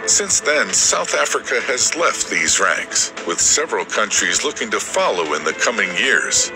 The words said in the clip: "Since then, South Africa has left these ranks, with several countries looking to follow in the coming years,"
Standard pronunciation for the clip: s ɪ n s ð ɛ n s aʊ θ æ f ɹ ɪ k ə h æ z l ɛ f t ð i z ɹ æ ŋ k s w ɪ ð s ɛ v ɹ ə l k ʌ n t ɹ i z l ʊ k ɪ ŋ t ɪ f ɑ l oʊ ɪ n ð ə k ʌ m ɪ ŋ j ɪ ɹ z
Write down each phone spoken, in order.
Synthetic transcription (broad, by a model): s ɪ n s ð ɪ n s aʊ θ æ f ɹ ɪ k ə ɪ z l ɛ f t ð i z ɹ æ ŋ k s w ɪ ð s ɛ v ɹ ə l k ʌ n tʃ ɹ i z l ʊ k ɪ ŋ t ɪ f ɑ l oʊ ɪ n ð ə k ʌ m ɪ ŋ j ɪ ɹ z